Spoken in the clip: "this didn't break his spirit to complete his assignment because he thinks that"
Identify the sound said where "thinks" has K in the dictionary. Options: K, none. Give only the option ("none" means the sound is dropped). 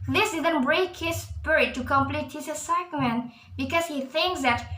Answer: K